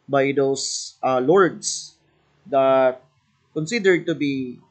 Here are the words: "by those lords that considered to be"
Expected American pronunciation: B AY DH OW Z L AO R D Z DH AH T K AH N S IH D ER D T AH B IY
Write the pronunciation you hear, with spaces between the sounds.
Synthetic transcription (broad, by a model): B AY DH OW S L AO R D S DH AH T K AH N S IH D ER D T AH B IY